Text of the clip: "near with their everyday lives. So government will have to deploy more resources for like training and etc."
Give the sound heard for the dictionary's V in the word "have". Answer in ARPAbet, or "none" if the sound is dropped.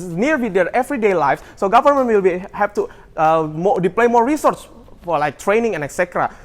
P